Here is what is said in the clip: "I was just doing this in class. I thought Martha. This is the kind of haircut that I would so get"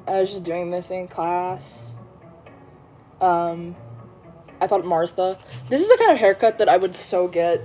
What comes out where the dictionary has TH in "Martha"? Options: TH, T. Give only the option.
TH